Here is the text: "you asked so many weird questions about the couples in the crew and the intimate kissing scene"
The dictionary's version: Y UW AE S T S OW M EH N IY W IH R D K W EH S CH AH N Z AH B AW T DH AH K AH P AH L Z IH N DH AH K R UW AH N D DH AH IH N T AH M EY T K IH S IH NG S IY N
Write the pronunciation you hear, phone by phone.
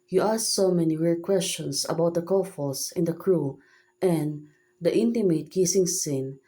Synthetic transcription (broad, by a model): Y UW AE S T S OW M EH N IY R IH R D K W EH S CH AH N S AH B AW T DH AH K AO F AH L S IH N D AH K R UW AH N D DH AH IH N T AH M EY T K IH S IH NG S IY N